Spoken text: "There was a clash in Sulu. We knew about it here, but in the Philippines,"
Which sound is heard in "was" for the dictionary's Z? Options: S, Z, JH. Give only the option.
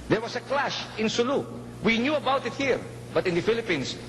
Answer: S